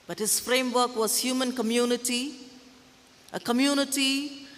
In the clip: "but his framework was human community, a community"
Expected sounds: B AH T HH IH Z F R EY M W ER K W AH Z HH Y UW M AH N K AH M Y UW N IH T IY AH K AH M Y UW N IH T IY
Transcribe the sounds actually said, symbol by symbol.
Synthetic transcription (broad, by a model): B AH T HH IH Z F R EY M W ER K W AH Z HH Y UW M AH N K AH M Y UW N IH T IY AH K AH M Y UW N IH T IY